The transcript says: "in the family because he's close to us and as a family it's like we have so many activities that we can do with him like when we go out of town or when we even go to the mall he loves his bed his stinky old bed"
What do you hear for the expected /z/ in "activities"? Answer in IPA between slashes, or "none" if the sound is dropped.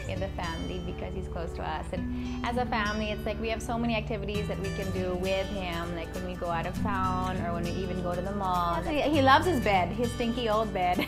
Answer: /z/